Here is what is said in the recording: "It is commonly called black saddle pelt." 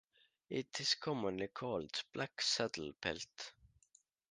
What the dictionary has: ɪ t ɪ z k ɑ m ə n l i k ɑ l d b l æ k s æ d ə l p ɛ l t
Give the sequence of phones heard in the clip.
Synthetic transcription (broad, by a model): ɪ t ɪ s k ɑ m ə n l i k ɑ l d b l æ k s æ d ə l p ɛ l t